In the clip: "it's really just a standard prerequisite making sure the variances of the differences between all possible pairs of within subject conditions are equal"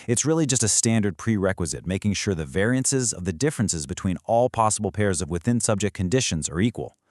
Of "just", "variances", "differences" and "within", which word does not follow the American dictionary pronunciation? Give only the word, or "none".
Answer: none